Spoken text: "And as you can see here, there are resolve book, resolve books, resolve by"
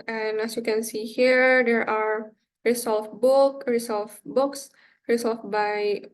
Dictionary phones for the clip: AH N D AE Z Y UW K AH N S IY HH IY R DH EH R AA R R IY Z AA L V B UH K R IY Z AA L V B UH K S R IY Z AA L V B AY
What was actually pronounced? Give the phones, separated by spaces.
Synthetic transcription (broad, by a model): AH N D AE S Y UW K AH N S IY HH IY R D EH R AA R R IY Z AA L F B UH K R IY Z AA L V B UH K S R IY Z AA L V B AY